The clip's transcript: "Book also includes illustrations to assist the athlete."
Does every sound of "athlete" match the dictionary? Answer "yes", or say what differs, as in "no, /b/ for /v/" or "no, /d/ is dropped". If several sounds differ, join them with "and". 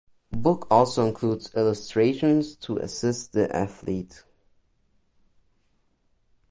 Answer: yes